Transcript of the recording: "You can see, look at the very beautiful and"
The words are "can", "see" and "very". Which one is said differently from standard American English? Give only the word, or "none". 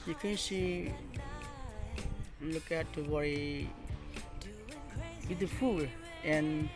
very